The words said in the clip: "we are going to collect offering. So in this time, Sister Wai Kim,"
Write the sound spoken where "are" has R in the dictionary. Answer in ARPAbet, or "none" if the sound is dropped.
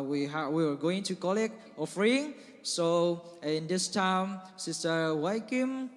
W